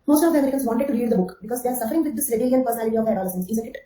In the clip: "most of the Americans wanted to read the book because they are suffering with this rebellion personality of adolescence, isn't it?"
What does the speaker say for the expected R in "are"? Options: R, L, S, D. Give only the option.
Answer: R